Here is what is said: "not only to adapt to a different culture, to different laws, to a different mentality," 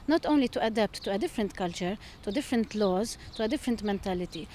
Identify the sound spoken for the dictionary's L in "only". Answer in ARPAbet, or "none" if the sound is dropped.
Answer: L